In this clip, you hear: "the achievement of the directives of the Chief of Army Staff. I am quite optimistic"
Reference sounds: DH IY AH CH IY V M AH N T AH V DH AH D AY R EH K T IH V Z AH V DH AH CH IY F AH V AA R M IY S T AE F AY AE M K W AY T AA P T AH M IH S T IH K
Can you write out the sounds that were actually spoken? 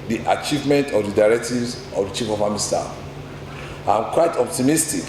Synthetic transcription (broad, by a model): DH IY AH CH IY V M AH N T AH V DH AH D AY R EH K T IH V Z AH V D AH CH IY F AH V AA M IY S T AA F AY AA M K W AY T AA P T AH M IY S T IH K